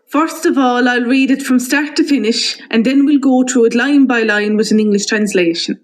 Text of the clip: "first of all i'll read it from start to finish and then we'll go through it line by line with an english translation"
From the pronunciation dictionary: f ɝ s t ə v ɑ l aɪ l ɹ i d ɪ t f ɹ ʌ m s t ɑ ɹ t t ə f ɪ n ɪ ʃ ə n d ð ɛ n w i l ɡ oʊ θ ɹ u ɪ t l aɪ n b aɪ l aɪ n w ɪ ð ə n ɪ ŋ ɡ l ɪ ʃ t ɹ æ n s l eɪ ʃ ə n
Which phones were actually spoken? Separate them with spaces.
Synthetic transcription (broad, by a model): f ɝ s t ə v ɑ l aɪ l ɹ i d ɪ t f ɹ ʌ m s t ɑ ɹ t t ə f ɪ n ɪ ʃ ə n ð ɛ n w i l ɡ oʊ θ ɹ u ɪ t l aɪ n b aɪ l aɪ n w ɪ ð ə n ɪ ŋ ɡ l ɪ ʃ t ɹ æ n s l eɪ ʃ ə n